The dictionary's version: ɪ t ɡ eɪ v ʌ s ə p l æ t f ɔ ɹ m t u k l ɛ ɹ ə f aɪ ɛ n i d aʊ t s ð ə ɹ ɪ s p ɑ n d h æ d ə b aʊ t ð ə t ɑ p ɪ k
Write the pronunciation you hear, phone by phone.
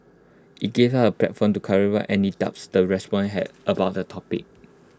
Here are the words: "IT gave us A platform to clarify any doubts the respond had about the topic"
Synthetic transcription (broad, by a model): ɪ t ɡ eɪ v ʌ ə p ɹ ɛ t f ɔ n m t u k ɛ ɹ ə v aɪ ɛ n i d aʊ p s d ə ɹ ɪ s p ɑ n h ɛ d ə b aʊ t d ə t ɑ p ɪ k